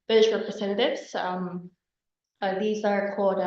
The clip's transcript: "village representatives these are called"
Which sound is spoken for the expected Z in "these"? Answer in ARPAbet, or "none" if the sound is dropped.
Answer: Z